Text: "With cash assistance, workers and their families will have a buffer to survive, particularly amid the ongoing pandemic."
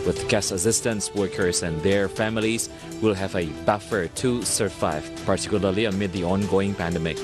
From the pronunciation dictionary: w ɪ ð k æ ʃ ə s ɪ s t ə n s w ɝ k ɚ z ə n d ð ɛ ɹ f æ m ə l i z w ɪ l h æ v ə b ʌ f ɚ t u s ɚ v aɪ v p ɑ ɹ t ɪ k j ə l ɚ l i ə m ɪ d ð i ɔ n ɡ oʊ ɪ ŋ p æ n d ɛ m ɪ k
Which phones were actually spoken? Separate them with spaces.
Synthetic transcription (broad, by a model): w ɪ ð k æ s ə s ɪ s t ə n s w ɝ k ɚ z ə n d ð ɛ ɹ f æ m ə l i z w ɪ l h æ v ə b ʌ f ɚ t u s ɚ v aɪ v p ɑ ɹ t ɪ k j ə l ɚ l i ə m ɪ d ð i ɔ n ɡ oʊ ɪ ŋ p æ n d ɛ m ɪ k